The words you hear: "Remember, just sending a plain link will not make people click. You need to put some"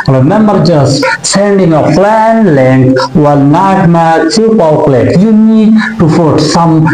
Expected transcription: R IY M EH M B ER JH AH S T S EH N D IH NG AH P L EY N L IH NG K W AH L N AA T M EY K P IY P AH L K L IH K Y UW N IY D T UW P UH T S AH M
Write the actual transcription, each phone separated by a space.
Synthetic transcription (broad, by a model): R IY M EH M B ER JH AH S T S EH N D IH NG AH F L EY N L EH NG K W AH L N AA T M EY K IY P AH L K L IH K Y UW N IY D T UW F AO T S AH M